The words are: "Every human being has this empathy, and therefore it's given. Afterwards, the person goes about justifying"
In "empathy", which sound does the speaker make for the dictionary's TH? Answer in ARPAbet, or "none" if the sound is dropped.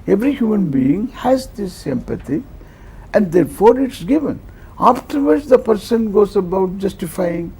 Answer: T